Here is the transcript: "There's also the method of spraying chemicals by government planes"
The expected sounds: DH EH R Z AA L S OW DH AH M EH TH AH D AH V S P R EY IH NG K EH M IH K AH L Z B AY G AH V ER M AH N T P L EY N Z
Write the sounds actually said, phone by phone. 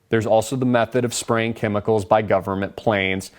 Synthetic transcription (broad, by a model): DH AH R Z AA L S OW DH AH M EH TH AH D AH V S P R EY IH NG K EH M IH K L Z B AY G AH V ER M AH N P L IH N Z